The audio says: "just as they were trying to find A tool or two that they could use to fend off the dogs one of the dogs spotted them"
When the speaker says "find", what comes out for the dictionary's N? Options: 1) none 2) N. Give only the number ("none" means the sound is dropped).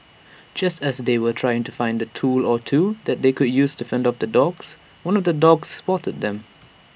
2